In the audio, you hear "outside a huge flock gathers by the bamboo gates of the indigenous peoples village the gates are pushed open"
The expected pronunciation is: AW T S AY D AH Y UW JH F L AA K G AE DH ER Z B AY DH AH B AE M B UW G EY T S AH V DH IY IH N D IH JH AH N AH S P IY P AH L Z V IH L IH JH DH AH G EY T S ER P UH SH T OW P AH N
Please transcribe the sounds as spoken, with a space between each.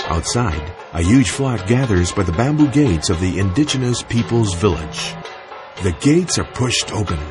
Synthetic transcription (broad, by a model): AW T S AY D AH Y UW JH F L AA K G AE DH ER Z B AY DH AH B AE M B UW G EY T S AH V DH IY IH N D IH JH AH N AH S P IY P L Z V IH L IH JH DH AH G EY T S ER P UH SH T OW P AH N